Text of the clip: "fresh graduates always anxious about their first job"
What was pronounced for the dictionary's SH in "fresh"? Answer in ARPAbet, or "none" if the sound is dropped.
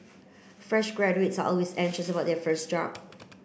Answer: SH